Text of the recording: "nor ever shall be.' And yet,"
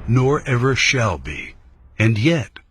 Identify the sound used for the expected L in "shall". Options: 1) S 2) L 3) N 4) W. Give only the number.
2